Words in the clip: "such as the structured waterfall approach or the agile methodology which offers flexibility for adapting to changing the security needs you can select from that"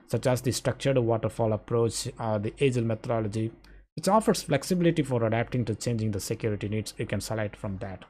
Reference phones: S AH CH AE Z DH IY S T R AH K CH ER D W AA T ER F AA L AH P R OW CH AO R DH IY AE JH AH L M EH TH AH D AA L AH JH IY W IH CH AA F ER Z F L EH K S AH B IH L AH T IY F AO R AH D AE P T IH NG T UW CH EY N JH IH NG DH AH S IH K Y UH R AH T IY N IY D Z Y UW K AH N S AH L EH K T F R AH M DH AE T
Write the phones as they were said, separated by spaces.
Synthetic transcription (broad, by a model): S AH CH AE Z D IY S T R AH K CH ER D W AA T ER F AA L AH P R OW CH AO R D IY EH JH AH L M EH T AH D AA L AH JH IY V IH CH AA F ER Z F L EH K S AH B IH L AH T IY F AO R AH D AE P T IH NG T UW CH EY N JH IH NG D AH S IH K Y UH R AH T IY N IY D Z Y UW K AH N S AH L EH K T F R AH M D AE T